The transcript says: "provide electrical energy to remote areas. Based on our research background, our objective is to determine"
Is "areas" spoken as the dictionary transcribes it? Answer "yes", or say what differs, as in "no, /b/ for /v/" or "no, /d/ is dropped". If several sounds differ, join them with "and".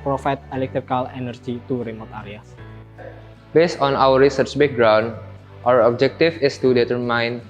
no, /z/ is dropped